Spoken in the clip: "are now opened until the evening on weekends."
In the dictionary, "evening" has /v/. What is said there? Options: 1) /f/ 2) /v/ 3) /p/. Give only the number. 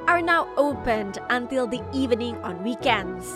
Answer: 2